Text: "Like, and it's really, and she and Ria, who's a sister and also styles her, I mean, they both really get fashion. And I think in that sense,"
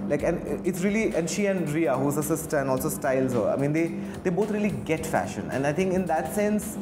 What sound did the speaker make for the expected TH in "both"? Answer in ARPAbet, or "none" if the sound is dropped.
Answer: T